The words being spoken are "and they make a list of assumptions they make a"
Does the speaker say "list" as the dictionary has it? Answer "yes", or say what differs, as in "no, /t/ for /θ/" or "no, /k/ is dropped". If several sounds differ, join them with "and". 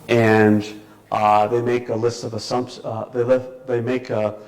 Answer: yes